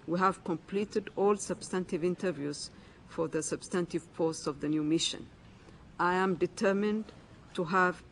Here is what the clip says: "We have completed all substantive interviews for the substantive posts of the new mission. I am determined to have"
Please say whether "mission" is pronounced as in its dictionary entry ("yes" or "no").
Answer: yes